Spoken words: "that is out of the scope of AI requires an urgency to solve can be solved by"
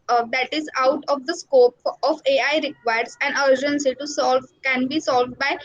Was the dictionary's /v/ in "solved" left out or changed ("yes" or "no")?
no